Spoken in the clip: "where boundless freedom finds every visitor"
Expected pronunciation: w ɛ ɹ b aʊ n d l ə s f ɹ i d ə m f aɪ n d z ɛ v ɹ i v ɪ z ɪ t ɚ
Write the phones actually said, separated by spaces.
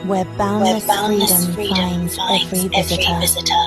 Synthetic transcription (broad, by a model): w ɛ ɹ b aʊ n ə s f ɹ i d ə m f aɪ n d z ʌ f ɹ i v ɪ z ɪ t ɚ